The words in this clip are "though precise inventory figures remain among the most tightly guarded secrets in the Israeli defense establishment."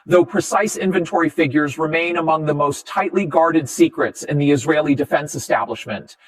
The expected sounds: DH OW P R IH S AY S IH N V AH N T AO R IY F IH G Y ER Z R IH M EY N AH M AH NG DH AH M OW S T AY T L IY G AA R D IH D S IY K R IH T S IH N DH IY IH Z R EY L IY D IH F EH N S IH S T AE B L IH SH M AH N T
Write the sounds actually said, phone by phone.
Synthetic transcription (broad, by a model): DH OW P R IH S AY S IH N V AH N T AO R IY F IH G Y ER Z R IH M EY N AH M AH NG DH AH M OW S T AY T L IY G AA R D IH D S IY K R IH T S IH N DH IY IH Z R EY L IY D IH F EH N S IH S T AE B L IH SH M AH N T